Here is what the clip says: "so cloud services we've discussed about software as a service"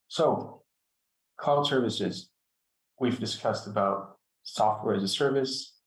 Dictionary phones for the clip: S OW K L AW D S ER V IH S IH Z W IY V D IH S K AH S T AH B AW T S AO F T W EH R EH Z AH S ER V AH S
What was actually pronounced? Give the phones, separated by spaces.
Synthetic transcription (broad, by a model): S OW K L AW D S ER V IH S IH Z W IY V D IH S K AH S T AH B AW T S AO F T W EH R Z AH S ER V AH S